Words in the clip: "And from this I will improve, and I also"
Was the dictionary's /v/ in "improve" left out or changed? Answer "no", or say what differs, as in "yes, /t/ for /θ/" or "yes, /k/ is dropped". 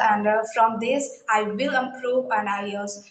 yes, /p/ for /v/